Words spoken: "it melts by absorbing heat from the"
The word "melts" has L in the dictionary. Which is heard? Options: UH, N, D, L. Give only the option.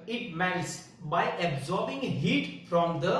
N